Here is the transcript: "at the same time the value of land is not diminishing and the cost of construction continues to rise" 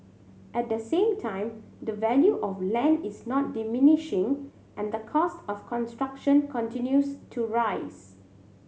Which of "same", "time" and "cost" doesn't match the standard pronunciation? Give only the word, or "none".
none